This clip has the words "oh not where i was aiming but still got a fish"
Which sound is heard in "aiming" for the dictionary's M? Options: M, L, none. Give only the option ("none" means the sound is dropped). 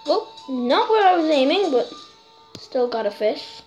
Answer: M